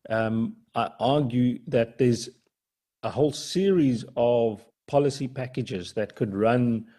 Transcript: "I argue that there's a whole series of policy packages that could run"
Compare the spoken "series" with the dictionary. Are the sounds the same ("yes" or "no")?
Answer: yes